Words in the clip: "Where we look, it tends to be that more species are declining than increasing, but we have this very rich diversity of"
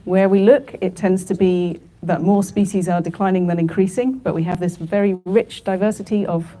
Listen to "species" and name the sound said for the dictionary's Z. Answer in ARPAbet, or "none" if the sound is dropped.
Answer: Z